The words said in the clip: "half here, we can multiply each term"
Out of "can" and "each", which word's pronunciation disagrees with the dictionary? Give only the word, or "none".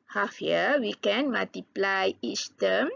each